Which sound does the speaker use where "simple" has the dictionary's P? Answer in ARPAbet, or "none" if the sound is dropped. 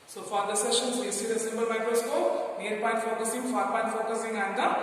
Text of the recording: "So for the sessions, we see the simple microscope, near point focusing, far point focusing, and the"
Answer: B